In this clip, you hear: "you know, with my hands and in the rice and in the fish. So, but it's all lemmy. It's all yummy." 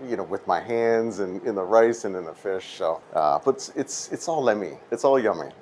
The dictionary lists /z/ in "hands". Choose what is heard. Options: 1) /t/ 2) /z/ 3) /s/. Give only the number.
2